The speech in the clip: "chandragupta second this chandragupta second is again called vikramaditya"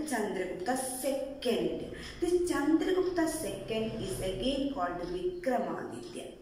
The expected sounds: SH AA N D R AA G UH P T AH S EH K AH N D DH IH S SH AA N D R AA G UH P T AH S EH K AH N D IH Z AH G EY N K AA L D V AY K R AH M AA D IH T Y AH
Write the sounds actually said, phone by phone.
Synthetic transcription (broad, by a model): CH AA N D R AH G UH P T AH S EH K AH N D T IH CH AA N D R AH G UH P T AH S EH K AH N D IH S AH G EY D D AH D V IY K R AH M AA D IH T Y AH